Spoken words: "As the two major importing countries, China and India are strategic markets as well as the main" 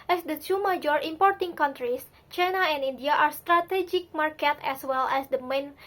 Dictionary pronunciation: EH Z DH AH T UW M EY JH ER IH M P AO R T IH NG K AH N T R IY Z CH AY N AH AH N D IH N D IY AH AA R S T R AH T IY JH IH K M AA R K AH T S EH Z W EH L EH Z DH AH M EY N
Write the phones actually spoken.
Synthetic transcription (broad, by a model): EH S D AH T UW M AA JH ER IH M P AO R T IH NG K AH N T R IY S CH AY N AH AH N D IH N D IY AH AA R S T R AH T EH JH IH K M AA R K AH T EH S W EH L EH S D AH M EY N